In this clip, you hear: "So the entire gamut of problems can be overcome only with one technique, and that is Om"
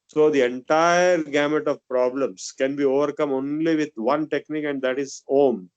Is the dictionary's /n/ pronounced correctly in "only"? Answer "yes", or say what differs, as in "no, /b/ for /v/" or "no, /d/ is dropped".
yes